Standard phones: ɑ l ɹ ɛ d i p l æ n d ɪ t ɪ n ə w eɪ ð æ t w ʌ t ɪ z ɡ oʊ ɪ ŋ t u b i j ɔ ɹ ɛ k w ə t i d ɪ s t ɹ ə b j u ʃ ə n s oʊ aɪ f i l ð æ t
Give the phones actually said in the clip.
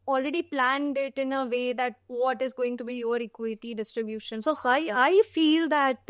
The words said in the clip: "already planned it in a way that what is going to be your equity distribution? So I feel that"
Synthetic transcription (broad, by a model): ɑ l ɹ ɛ d i p l æ n d ɪ t ɪ n ə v eɪ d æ t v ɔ t ɪ z ɡ oʊ ɪ ŋ t u b i j ɔ ɹ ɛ k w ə t i d ɪ s t ɹ ə b j u ʃ ə n s oʊ aɪ f i l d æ t